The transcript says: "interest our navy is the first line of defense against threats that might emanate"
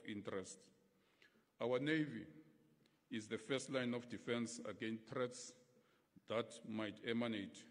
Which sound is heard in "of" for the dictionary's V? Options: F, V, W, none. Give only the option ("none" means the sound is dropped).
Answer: F